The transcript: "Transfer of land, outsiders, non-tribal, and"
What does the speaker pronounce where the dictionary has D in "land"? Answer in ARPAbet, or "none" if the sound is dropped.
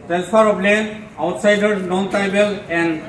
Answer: none